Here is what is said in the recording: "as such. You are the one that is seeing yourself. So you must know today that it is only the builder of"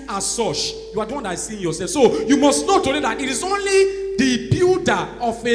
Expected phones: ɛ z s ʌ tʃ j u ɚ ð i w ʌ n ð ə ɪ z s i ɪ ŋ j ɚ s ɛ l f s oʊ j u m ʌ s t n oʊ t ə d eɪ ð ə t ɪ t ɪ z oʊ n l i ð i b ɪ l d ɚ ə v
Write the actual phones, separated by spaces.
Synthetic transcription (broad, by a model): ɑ s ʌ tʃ j u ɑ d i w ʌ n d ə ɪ s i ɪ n j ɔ s ɛ l f s oʊ j u m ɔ s t n oʊ t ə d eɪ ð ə t ɪ t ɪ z oʊ n l i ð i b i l d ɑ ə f